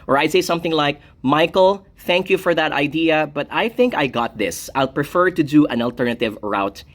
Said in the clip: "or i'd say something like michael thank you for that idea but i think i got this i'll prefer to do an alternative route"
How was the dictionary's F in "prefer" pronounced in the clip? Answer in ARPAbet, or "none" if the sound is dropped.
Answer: F